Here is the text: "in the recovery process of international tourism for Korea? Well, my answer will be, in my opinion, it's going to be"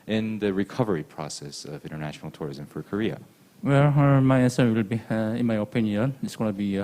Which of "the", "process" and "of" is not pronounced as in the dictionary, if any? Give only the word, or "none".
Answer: none